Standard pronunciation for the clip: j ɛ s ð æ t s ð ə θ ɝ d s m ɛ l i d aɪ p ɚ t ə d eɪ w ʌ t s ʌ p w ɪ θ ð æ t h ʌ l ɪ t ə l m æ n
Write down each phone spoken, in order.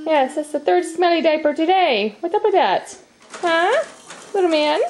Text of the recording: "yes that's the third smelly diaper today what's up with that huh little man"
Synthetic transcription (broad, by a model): j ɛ s ð æ t s ð ə θ ɝ d s m ɛ l i d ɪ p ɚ t ə d eɪ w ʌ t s ʌ p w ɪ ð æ t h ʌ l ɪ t l m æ n